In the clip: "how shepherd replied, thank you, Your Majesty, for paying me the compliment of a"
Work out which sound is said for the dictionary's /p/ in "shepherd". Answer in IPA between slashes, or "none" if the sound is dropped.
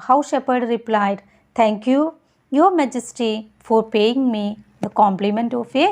/p/